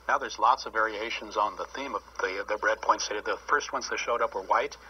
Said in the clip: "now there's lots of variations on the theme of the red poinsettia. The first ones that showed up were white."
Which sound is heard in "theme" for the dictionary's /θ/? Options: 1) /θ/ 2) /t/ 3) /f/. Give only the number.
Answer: 1